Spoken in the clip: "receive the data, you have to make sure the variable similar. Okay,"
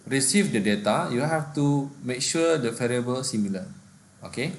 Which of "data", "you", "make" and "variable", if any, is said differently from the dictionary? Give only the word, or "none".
variable